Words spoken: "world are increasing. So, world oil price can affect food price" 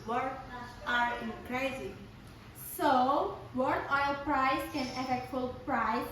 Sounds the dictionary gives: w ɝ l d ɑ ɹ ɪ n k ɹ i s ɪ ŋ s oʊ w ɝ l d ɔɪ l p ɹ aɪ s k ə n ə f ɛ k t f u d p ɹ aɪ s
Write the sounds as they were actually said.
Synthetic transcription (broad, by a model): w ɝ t ɑ ɹ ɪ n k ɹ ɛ ɪ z s oʊ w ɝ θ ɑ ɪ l p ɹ aɪ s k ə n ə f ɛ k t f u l p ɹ aɪ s